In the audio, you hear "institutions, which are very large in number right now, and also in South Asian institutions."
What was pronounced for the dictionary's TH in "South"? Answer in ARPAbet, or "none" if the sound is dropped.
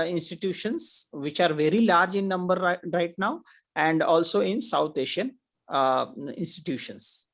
T